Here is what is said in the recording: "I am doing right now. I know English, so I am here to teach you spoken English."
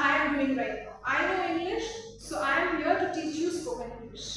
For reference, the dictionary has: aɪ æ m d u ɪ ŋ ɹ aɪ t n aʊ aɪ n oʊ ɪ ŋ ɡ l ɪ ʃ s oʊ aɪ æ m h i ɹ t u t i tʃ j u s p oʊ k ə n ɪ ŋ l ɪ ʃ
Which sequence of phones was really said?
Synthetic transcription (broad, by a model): aɪ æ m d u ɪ ŋ ɹ aɪ t n aʊ aɪ n oʊ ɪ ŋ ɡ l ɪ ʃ s oʊ aɪ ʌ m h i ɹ t u t i tʃ j u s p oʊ ə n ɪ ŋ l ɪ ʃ